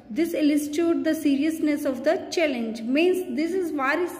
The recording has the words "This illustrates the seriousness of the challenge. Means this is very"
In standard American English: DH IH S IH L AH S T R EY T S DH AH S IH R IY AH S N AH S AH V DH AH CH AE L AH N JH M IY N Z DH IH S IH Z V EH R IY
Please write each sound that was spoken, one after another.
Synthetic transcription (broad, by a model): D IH S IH L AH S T UW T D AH S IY R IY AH S N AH S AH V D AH CH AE L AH N JH M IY N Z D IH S IH Z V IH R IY